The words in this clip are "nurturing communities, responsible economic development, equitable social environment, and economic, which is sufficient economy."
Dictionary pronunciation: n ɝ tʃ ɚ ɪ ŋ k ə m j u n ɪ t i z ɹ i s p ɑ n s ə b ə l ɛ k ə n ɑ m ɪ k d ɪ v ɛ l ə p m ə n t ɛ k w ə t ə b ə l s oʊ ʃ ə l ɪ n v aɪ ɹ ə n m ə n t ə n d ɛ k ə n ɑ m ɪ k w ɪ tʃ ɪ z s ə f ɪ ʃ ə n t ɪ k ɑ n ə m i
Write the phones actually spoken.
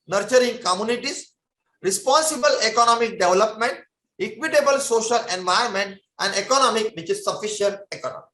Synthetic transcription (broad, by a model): n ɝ tʃ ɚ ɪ ŋ k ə m j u n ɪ t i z ɹ i s p ɑ n s ə b ə l ɛ k ə n ɑ m ɪ k d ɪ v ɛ l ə p m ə n t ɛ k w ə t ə b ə l s oʊ ʃ ə l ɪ n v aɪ ə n m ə n t ə n d ɛ k ə n ɑ m ɪ k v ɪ tʃ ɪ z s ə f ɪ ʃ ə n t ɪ k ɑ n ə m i